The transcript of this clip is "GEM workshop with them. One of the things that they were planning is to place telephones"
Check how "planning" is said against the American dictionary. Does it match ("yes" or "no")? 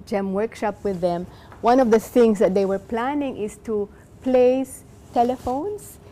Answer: yes